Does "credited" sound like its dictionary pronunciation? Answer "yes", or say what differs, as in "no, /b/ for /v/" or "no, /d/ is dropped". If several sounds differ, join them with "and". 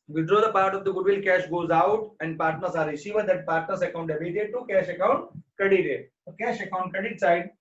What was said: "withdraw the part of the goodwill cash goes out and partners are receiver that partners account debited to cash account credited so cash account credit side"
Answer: no, /ɹ/ is dropped